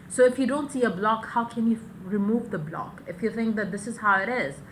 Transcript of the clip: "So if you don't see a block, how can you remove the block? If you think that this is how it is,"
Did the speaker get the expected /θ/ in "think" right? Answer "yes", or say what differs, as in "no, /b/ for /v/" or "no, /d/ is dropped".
yes